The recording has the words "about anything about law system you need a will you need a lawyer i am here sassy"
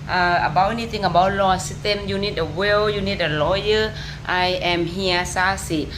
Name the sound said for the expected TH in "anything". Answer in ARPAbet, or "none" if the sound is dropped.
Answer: T